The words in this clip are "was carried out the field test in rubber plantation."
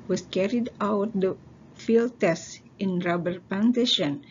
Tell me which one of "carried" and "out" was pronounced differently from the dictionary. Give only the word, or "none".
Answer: none